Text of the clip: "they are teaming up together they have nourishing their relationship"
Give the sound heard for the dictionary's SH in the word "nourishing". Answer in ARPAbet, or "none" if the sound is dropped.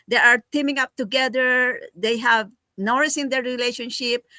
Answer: S